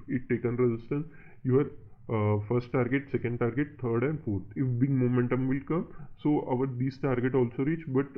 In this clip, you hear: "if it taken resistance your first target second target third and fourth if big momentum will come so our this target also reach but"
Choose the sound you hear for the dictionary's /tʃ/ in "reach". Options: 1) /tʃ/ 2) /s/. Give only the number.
1